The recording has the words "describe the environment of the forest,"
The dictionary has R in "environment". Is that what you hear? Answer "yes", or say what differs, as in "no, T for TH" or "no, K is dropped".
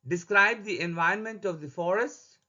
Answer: no, R is dropped